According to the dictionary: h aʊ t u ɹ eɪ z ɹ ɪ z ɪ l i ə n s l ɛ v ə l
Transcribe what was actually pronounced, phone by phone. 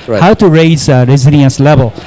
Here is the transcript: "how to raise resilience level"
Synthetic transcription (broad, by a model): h aʊ t u ɹ eɪ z ɹ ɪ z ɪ n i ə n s l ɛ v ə l